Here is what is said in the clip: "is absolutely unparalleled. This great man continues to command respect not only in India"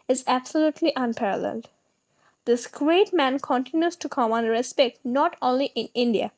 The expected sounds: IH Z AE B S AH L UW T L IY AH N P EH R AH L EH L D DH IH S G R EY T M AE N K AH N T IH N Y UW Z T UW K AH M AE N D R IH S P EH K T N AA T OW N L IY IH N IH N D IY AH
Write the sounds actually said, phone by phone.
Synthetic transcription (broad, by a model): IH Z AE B S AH L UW T L IY AH N P EH R AH L EH L D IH S G R EY T M AE N K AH N T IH N Y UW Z T UW K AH M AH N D R IH S P EH K T N AA T OW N L IY IH N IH N D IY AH